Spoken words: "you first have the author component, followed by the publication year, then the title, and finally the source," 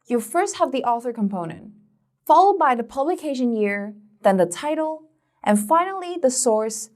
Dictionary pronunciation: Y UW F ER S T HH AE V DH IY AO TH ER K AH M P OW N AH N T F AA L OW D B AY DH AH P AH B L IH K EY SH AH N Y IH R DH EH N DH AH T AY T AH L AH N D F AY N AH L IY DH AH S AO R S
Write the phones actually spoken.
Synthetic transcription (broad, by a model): Y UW F ER S T HH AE V DH IY AO TH ER K AH M P OW N AH N T F AA L OW D B AY DH AH P AH B L IH K EY SH AH N Y IH R DH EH N DH AH T AY T L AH N F AY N L IY DH AH S AO R S